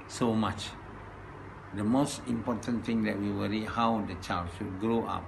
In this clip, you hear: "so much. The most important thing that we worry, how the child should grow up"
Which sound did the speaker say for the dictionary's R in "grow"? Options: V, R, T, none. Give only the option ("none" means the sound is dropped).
R